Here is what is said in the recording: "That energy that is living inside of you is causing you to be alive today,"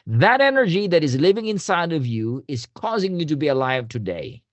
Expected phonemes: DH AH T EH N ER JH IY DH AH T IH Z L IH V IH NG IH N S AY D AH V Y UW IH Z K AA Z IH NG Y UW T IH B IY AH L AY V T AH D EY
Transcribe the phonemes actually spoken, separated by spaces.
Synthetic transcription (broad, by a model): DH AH T EH N ER JH IY DH AH T IH Z L IH V IH NG IH N S AY D AH V Y UW IH Z K AA Z IH NG Y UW T IH B IY AH L AY V T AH D EY